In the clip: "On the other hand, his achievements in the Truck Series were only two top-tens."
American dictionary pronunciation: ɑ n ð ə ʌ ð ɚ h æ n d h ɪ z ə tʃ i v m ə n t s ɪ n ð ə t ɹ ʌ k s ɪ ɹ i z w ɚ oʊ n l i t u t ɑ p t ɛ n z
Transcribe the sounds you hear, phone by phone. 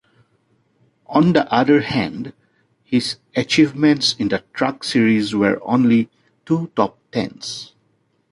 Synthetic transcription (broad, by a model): ɑ n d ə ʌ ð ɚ h æ n d h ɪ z ə tʃ i v m ə n t s ɪ n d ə t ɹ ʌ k s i ɹ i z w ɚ oʊ n l i t u t ɑ p t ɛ n s